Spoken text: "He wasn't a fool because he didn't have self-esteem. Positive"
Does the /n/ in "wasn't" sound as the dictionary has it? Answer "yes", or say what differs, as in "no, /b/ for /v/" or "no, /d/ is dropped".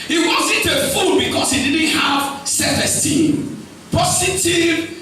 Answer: yes